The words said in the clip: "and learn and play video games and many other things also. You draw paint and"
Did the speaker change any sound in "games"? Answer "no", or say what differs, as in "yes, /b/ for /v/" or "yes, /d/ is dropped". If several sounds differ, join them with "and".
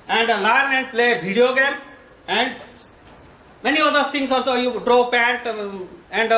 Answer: yes, /z/ is dropped